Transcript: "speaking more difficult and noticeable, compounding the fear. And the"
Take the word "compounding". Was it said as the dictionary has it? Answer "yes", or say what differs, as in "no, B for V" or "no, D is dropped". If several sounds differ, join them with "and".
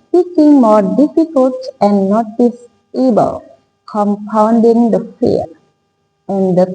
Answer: yes